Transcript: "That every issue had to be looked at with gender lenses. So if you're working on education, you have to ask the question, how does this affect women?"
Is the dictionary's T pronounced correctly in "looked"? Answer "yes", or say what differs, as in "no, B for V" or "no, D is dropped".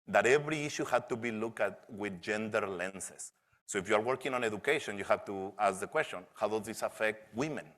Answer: no, T is dropped